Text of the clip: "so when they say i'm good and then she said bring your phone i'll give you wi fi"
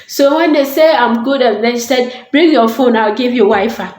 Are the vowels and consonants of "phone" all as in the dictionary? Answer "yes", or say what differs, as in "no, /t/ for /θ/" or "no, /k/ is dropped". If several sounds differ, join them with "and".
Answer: yes